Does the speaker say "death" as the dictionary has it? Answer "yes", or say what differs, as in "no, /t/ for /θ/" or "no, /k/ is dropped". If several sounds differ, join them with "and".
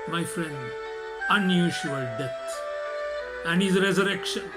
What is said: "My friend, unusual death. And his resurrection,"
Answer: no, /s/ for /θ/